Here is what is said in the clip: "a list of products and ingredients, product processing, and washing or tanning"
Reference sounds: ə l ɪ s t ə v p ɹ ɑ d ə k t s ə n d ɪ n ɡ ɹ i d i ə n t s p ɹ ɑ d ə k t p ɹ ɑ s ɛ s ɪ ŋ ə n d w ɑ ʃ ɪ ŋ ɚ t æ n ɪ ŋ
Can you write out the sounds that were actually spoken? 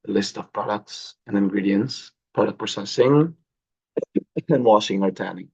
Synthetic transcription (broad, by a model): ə l ɪ s t ə v p ɹ ɑ d ə k t s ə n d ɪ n ɡ ɹ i d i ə n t s p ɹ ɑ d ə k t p ʌ s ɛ s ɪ ŋ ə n w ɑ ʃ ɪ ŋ ɚ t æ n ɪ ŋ